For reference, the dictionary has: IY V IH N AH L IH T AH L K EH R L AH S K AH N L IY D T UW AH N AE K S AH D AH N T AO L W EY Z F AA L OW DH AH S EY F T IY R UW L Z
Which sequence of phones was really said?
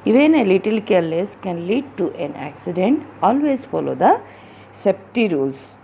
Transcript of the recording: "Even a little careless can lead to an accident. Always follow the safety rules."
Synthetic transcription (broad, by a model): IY V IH N AH L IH T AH L K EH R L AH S K AH N L IY D T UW AH N AE K S AH D AH N T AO L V EY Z F AA L OW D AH S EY P T IY R UW L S